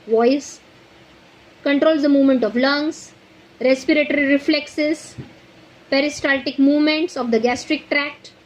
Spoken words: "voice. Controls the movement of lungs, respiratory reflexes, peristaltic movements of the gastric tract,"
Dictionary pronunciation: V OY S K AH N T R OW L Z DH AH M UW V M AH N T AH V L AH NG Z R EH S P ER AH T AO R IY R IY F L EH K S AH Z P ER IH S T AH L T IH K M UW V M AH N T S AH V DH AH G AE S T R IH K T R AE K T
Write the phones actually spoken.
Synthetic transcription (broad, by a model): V OY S K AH N T R OW L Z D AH M UW V M AH N T AH V L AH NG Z R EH S P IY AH T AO R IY R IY F L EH K S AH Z P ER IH S T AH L T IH K M UW V M AH N T S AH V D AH G AE S T R IH K T R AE K T